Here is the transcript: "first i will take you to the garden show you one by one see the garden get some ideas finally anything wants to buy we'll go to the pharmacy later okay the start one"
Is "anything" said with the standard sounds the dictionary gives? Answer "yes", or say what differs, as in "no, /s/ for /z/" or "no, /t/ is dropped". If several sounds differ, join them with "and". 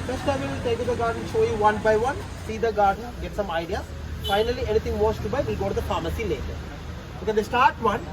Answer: no, /t/ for /θ/